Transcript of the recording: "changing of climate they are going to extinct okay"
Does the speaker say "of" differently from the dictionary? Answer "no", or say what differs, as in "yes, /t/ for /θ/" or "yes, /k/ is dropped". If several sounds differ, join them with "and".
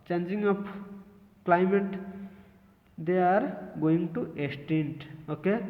yes, /p/ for /v/